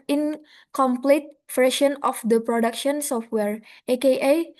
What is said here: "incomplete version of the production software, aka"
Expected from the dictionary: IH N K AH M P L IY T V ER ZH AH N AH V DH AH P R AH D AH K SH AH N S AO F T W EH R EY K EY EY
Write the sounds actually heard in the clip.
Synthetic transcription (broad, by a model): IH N K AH M P L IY T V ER SH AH N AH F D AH P R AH D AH K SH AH N S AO F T W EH R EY K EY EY